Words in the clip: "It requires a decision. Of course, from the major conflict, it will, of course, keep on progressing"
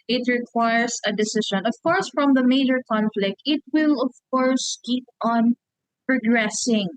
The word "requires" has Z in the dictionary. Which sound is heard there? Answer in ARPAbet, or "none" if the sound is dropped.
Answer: S